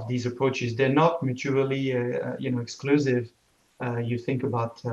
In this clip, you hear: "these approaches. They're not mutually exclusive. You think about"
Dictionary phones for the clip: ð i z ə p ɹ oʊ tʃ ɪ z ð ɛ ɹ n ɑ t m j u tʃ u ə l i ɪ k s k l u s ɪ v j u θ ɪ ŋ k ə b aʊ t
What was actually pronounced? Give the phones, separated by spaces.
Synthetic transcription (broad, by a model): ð i z ə p ɹ oʊ tʃ ɪ z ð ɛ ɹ n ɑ t m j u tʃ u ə n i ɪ k s k l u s ɪ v j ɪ θ ɪ ŋ k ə b aʊ t